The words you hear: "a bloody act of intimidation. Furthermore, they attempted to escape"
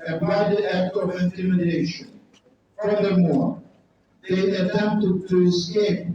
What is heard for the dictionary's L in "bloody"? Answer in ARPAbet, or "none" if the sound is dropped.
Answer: none